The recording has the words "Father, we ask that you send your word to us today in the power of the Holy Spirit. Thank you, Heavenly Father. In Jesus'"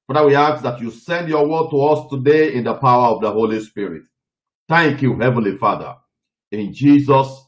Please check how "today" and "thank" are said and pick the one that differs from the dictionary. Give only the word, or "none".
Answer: none